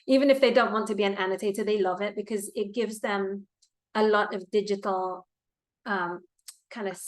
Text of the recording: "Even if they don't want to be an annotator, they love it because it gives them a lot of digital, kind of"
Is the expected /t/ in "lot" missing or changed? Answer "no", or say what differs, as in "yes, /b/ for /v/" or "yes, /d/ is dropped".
no